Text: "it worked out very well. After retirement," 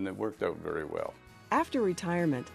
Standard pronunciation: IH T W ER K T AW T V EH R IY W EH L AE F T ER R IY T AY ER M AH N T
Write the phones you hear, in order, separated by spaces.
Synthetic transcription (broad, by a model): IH T W ER K T AW T V EH R IY W EH L AE F T ER R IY T AY ER M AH N T